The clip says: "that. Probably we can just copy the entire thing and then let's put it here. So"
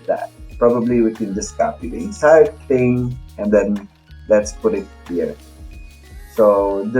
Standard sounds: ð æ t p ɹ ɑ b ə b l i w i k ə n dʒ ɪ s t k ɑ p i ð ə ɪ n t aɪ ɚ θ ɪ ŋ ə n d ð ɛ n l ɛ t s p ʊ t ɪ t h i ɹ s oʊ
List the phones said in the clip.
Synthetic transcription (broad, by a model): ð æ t p ɹ ɑ b ə b l i w i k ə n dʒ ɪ s k ɑ p i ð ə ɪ n s aɪ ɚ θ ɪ ŋ ə n d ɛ n l ɛ t s p ʊ t ɪ t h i ɹ s oʊ